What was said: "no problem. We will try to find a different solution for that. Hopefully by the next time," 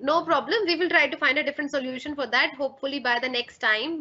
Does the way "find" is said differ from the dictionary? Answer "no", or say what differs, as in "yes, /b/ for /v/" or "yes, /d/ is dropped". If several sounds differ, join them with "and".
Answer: no